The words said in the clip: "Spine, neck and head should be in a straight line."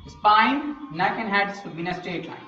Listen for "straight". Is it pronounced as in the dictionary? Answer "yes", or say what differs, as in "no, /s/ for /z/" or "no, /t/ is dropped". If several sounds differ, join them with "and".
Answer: no, /ɹ/ is dropped